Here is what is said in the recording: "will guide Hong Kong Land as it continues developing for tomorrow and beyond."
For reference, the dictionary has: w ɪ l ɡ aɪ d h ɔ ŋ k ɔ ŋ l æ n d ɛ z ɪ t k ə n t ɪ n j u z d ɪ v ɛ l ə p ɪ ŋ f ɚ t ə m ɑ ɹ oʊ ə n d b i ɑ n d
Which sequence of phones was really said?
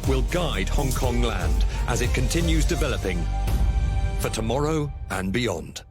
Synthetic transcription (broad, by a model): w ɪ l ɡ aɪ d h ɔ ŋ k ɔ ŋ l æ n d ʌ z ɪ t k ə n t ɪ n j u z d ɪ v ɛ l ə p ɪ ŋ f ɚ t ə m ɑ ɹ oʊ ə n b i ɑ n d